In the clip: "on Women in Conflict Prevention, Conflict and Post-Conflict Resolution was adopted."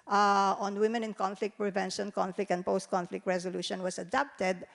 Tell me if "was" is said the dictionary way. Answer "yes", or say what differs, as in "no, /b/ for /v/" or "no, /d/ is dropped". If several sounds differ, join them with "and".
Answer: no, /s/ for /z/